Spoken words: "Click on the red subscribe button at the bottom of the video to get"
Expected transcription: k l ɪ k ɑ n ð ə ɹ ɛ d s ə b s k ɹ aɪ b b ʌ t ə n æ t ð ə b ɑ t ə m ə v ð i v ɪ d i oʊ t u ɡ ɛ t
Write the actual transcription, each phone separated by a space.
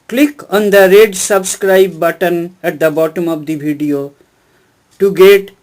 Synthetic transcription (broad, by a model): k l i k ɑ n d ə ɹ ɛ d s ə b s k ɹ aɪ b b ʌ t ə n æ t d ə b ɑ t ə m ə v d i b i d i oʊ t u ɡ ɛ t